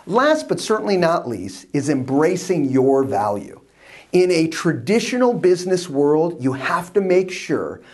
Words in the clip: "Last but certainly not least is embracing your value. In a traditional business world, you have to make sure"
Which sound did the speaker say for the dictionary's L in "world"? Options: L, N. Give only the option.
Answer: L